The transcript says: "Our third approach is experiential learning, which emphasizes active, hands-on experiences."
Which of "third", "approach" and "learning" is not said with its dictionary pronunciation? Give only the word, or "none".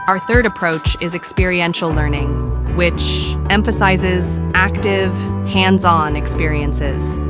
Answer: none